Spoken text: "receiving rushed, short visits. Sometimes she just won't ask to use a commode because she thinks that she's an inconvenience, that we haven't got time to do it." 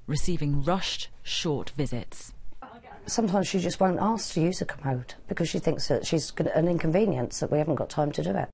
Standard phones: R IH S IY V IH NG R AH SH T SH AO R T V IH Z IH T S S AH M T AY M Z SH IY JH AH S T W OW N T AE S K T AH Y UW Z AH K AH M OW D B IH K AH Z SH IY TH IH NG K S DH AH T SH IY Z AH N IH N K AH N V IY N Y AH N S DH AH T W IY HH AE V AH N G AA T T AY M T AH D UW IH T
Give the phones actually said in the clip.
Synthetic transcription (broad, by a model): R IH S IY V IH NG R AH SH T SH AO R T V IH Z IH T S S AH M T AY M Z SH IY JH AH S T W OW N T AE S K T AH Y UW Z AH K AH M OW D B IH K AH Z SH IY TH IH NG K S DH AH T SH IY Z AH N IH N K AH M V IY N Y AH N S DH AH T W IY HH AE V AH N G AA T T AY M T AH D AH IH T